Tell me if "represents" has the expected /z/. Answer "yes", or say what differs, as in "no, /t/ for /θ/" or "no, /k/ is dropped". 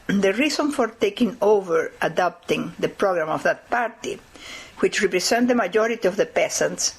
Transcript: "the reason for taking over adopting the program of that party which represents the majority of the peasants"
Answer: no, /s/ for /z/